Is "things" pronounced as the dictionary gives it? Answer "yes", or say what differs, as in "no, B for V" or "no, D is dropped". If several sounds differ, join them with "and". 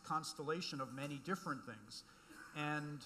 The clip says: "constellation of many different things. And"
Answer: yes